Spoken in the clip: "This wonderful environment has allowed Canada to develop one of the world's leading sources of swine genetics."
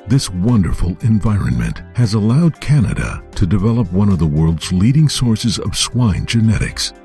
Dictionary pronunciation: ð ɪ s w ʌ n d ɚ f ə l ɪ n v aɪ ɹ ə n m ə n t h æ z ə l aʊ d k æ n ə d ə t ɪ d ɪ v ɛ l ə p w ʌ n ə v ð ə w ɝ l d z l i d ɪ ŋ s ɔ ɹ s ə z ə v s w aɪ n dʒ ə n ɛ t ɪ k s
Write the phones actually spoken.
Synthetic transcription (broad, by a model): ð ɪ s w ʌ n d ɚ f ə l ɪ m v aɪ ɹ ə n m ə n t h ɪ z ə l aʊ d k æ n ə d ə t ɪ d ɪ v ɛ l ə p w ʌ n ə v ð ə w ɝ l d z l i d ɪ ŋ s ɔ ɹ s ə z ə v s w aɪ n dʒ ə n ɛ t ɪ k s